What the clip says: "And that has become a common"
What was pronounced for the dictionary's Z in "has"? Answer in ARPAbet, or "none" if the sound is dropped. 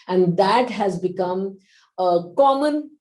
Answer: Z